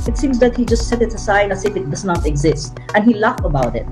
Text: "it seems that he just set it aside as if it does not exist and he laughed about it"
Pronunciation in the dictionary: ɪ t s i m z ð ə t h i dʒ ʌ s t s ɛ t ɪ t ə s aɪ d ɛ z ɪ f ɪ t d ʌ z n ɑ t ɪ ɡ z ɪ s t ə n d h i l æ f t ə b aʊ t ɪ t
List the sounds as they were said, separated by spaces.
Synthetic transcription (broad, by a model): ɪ t s i m z ð ə t h i dʒ ʌ s t s ɛ t ɪ t ə s aɪ d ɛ s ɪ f ɪ t d ʌ z n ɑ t ɪ ɡ z ɪ s t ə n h i l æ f ə b aʊ t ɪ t